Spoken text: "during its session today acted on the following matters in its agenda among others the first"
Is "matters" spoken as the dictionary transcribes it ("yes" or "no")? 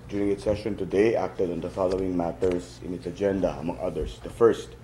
no